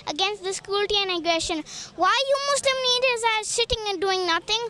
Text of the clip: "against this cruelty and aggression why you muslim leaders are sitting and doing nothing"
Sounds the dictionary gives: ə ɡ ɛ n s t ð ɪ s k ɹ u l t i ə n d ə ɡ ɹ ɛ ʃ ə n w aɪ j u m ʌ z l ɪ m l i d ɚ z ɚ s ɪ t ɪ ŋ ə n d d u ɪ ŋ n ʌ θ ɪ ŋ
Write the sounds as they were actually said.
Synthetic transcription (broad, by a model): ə ɡ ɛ n s t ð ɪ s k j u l t i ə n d ə ɡ ɹ ɛ ʃ ə n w aɪ j u m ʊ s l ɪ m n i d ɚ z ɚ s ɪ t ɪ ŋ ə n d d u ɪ ŋ n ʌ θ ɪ ŋ